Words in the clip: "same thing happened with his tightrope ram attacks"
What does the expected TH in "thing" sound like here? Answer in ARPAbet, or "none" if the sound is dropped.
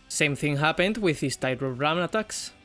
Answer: TH